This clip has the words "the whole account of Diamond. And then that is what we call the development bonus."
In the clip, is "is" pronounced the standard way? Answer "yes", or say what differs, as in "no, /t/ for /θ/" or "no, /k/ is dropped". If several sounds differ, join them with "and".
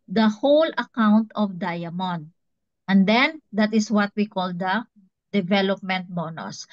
no, /s/ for /z/